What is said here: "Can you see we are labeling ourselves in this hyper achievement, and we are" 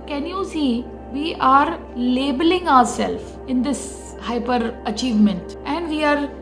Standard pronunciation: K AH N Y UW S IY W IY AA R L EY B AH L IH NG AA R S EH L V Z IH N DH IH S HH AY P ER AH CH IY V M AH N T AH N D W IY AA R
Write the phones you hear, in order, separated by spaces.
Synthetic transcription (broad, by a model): K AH N Y UW S IY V IY AA R L EY B AH L IH NG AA R S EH L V IH N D IH S HH AY P ER AH CH IY V M AH N T AH N D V IY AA R